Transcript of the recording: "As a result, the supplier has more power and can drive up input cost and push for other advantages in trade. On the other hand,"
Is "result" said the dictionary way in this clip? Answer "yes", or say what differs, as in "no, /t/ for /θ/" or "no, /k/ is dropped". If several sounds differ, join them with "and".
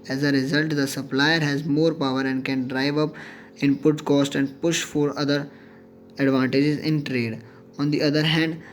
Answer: yes